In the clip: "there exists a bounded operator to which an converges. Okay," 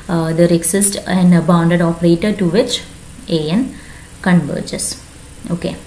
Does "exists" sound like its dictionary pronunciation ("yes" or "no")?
no